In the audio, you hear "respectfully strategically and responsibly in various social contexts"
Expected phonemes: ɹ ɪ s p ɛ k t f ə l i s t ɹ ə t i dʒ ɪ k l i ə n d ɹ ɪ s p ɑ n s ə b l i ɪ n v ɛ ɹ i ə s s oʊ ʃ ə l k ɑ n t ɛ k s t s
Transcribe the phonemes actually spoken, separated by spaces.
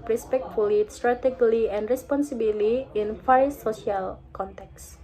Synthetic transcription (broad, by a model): ɹ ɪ s p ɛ k t f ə l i s t ɹ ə t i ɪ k l i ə n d ɹ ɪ s p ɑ n s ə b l i ɪ n f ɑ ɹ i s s oʊ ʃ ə l k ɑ n t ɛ k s s